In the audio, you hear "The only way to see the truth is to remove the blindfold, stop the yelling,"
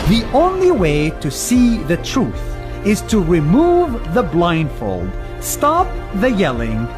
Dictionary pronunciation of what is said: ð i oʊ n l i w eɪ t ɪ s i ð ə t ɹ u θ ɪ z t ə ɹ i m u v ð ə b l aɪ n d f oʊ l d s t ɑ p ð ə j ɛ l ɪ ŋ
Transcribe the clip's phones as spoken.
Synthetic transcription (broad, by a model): ð i oʊ n l i w eɪ t ɪ s i ð ə t ɹ u θ ɪ z t ə ɹ i m u v ð ə b l aɪ n d f oʊ l d s t ɑ p ð ə j ɛ l ɪ ŋ